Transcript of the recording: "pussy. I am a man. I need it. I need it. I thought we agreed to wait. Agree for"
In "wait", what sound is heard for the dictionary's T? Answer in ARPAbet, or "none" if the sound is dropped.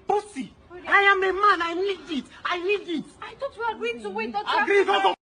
none